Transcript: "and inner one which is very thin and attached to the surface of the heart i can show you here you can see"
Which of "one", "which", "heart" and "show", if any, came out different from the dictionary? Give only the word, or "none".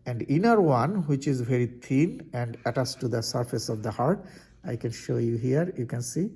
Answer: none